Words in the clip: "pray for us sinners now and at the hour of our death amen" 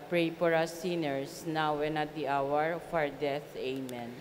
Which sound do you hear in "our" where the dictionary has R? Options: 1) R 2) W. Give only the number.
1